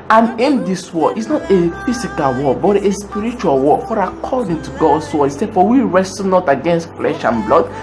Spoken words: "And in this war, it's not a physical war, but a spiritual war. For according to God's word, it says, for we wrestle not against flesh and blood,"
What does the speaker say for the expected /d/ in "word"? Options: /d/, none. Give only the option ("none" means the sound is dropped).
none